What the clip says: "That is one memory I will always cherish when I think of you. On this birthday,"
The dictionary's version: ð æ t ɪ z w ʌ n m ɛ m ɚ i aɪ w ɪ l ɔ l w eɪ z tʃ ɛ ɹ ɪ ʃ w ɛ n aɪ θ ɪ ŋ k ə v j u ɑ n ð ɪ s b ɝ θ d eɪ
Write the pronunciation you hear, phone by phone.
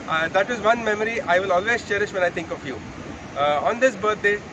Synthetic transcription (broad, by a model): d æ t ɪ z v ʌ n m ɛ m ɚ i aɪ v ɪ l ɔ l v eɪ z tʃ ɛ ɹ ɪ ʃ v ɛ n aɪ t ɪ ŋ k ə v j u ɑ n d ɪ s b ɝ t d eɪ